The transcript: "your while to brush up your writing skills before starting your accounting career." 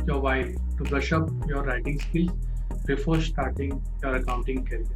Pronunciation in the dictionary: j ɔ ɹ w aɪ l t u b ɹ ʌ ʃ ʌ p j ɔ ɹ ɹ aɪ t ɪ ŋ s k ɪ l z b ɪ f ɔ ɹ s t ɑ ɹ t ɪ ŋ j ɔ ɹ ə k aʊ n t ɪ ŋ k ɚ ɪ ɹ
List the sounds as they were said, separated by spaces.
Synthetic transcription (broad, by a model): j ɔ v aɪ t u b ʌ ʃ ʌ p j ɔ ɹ ɹ aɪ t ɪ ŋ s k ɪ l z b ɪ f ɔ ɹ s t ɑ ɹ t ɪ ŋ j ɔ ɹ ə k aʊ n t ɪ ŋ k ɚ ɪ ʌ